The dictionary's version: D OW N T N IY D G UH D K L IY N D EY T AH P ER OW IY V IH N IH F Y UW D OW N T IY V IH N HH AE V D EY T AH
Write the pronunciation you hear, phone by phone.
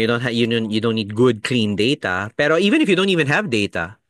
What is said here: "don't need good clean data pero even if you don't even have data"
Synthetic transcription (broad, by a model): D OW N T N IY D G UH D K L IY N D EY T AH P ER OW IY V IH N IH F Y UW D OW N T IY V IH N HH AE V D EY T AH